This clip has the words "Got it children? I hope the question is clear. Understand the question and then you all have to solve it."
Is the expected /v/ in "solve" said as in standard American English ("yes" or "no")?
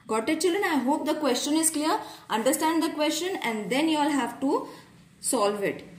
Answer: yes